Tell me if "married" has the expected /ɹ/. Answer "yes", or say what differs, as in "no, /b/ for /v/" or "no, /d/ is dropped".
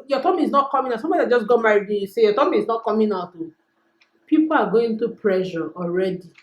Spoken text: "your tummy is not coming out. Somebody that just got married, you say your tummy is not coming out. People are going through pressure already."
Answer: no, /ɹ/ is dropped